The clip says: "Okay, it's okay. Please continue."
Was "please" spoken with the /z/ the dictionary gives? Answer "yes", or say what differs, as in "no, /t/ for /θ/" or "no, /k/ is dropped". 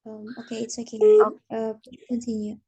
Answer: no, /z/ is dropped